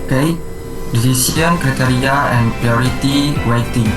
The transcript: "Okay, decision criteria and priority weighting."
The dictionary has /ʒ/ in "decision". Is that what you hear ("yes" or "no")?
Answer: no